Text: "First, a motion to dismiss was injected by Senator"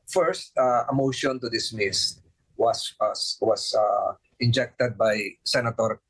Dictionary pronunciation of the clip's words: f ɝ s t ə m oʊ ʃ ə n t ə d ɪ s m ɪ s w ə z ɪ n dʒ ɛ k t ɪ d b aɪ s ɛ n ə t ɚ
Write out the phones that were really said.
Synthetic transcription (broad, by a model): f ɝ s t ə m oʊ ʃ ə n t ə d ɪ s m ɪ s w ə s ɪ n dʒ ɛ k t ɪ d b aɪ s ɛ n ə t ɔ